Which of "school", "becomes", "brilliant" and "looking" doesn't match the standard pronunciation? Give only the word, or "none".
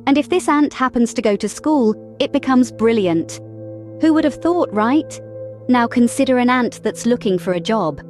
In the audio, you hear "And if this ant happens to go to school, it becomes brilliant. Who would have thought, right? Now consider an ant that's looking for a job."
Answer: none